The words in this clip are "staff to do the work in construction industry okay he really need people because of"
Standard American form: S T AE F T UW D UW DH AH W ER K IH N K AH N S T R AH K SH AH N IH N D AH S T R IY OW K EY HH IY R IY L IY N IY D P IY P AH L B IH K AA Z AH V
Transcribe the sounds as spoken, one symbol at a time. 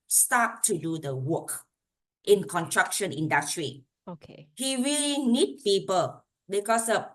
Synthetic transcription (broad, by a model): S T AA T UW D UW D AH W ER K IH N K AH N T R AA K SH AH N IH N D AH S T R IY OW K EY HH IY R IY L IY N IY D P IY P AH L B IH K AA S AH